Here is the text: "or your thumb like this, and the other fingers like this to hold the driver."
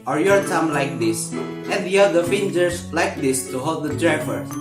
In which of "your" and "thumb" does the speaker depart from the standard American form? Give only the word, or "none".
thumb